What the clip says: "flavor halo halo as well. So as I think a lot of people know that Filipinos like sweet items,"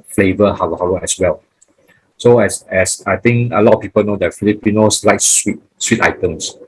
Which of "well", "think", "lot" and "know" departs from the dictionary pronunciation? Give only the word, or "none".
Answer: think